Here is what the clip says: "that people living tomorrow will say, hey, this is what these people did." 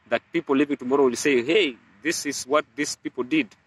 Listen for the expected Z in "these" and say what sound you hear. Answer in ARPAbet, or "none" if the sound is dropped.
S